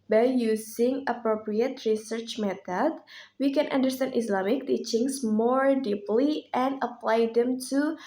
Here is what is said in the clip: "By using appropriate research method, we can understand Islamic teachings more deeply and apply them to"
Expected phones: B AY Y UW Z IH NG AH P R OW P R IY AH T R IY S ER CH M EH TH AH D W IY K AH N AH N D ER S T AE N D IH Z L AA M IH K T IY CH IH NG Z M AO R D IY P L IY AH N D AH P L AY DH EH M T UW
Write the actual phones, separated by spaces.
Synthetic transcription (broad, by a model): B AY Y UW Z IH NG AH P R OW P R IY AH T R IY S ER CH M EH T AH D W IY K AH N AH N D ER S T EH N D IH S L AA M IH K T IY CH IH NG S M AO R D IY P L IY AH N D AH P L AY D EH M T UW